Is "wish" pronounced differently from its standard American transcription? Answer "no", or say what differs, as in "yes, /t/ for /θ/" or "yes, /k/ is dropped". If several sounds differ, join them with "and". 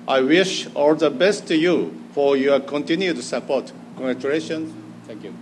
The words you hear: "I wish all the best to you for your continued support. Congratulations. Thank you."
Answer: no